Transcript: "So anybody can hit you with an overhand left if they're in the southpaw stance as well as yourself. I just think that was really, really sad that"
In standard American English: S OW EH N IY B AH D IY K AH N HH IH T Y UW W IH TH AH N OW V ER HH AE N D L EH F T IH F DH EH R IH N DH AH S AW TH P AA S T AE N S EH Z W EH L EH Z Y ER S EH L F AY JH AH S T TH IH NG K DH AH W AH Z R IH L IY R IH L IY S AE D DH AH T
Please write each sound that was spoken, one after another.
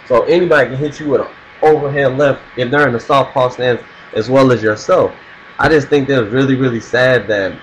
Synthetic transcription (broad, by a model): S OW EH N IY B AH D IY K AH N HH IH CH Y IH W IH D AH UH V ER HH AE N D L EH F T IH F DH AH R IH N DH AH S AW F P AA S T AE N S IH Z W EH L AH Z Y ER S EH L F AY JH AH S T TH IH NG K DH AH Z R IH L IY R IH L IY S AE D DH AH T